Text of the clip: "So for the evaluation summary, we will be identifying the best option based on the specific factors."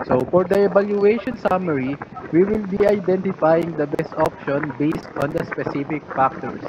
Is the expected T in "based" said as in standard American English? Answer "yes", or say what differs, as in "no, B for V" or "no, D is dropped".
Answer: yes